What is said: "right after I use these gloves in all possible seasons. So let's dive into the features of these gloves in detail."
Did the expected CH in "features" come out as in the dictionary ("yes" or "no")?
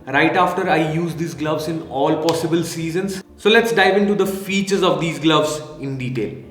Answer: yes